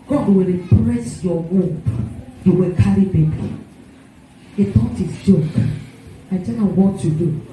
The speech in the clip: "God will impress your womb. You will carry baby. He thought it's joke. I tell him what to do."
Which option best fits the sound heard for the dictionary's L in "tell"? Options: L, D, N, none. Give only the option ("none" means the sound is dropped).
N